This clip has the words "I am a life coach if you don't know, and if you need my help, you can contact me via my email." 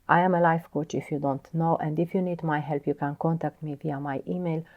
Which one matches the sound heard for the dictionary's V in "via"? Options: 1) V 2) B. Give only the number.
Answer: 1